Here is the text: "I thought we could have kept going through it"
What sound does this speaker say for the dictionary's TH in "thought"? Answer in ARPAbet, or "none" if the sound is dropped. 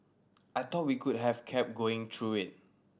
T